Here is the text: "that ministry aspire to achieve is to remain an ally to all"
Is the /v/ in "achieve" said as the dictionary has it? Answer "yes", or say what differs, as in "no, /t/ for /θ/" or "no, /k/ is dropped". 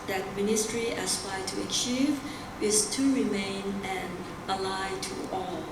yes